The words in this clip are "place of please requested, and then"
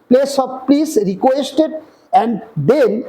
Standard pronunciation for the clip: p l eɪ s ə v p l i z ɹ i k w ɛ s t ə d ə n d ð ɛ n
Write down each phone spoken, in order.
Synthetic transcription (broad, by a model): p l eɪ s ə b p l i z ɹ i k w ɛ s t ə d ə n d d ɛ n